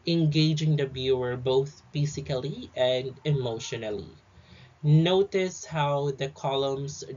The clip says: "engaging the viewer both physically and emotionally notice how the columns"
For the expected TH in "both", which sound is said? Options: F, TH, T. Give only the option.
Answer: TH